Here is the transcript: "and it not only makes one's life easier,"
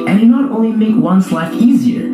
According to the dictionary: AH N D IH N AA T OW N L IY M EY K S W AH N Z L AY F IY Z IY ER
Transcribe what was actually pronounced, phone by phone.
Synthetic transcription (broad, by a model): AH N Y IH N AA T OW N L IY M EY K W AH N S L AY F IY Z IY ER